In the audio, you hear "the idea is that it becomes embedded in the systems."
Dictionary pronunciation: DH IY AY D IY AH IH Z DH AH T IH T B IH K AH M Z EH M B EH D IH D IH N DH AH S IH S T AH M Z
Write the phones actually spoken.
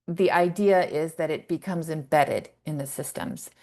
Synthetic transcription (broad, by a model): DH IY AY D IY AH IH Z DH AH T IH T B IH K AH M Z EH M B EH D IH D IH N DH AH S IH S T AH M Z